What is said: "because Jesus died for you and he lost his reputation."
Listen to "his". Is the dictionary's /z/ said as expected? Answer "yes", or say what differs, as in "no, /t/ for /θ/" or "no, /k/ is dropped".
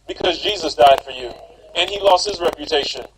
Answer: yes